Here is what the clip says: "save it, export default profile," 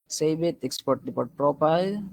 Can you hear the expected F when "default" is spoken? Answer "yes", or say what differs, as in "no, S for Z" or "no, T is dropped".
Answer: no, P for F